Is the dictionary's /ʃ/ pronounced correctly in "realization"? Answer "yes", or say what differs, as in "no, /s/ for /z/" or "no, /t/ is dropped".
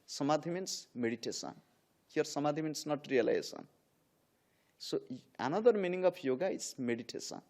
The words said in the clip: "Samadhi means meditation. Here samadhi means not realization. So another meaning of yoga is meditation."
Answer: no, /s/ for /ʃ/